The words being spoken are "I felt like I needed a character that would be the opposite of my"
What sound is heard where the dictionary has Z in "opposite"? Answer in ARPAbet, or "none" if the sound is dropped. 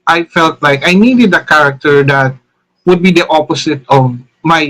S